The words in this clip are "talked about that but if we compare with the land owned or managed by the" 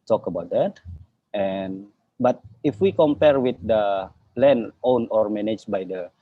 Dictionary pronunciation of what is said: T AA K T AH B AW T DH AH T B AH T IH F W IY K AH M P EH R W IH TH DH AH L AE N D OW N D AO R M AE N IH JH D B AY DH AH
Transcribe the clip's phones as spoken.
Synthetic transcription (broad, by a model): T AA K AH B AW T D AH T B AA T IH F W IY K AH M P EH R W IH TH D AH L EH N OW N AO R M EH N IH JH B AY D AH